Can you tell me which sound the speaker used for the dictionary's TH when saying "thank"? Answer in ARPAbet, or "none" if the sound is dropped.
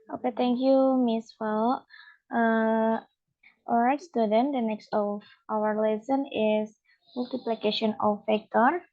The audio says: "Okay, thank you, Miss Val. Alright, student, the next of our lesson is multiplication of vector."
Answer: T